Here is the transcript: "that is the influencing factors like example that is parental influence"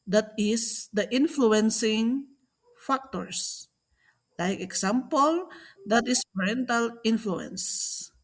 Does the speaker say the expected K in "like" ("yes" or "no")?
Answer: yes